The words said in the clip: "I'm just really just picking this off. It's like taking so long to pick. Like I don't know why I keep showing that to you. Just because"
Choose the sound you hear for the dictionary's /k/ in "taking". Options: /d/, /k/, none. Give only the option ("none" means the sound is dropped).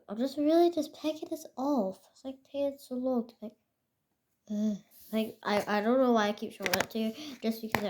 none